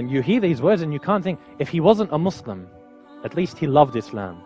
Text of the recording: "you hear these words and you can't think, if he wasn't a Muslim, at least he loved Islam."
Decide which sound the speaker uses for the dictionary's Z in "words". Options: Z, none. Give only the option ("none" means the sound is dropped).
Z